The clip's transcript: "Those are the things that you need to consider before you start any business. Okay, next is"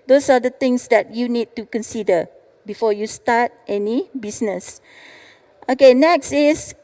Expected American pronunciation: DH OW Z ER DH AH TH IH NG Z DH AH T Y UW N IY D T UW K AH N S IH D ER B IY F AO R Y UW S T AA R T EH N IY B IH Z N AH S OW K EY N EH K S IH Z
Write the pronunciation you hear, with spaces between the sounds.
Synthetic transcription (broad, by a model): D OW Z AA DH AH T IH NG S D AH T Y UW N IY D T UW K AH N S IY D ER B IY F AO Y UW S T AA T T EH N IY B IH S N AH S OW K EY N EH K S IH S